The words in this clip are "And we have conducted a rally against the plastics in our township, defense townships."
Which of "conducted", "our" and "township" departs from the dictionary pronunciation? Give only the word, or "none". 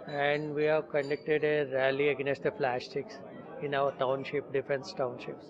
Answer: none